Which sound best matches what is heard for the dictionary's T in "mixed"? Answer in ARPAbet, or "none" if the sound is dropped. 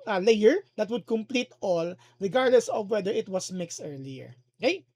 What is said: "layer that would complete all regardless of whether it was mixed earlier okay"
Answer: T